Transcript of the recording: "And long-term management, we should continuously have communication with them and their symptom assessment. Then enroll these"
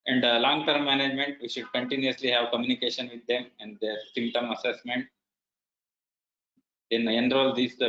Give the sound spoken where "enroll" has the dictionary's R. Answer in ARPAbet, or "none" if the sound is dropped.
R